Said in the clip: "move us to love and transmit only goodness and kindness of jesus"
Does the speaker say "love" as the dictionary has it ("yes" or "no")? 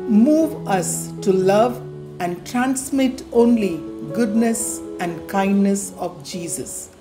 yes